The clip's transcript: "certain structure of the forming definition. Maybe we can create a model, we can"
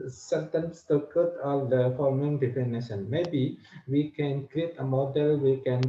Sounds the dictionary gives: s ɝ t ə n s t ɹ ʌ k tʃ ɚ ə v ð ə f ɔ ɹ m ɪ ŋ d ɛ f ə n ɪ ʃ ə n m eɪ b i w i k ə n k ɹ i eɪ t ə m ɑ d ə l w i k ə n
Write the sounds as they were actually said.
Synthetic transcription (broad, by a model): s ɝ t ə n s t ʌ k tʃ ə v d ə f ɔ ɹ m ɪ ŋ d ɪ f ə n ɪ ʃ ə n m eɪ b i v i k ə n k ɹ i eɪ t ə m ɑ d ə l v i k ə n